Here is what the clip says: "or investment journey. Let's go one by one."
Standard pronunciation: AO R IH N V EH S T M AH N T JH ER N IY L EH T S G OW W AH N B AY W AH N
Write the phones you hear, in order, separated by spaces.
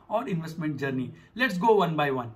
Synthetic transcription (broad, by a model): AO R IH N V EH S T M AH N T JH ER N IY L EH T S G OW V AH N B AY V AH N